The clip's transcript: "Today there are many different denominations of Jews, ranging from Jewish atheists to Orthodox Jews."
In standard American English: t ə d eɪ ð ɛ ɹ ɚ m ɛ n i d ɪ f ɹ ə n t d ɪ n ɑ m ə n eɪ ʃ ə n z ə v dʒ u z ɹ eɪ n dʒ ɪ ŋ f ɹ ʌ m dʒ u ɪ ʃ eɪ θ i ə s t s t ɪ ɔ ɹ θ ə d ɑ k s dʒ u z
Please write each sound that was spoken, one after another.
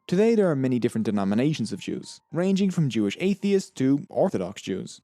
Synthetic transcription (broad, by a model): t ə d eɪ ð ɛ ɹ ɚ m ɛ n i d ɪ f ɹ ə n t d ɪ n ɑ m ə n eɪ ʃ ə n z ə v dʒ u z ɹ eɪ n dʒ ɪ ŋ f ɹ ʌ m dʒ u ɪ ʃ eɪ θ i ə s s t ɪ ɔ ɹ θ ə d ɑ k s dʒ u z